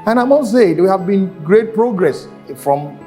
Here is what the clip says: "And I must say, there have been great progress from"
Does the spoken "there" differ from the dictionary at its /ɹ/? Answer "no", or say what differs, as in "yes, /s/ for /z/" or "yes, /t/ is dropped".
yes, /w/ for /ɹ/